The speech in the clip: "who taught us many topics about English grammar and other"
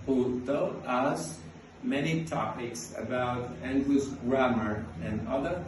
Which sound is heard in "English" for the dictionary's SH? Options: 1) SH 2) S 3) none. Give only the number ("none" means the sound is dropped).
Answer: 2